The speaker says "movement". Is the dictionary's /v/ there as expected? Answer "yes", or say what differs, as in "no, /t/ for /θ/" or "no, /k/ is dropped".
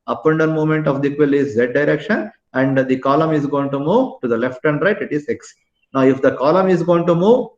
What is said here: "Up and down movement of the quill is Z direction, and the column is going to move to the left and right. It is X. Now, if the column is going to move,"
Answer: no, /v/ is dropped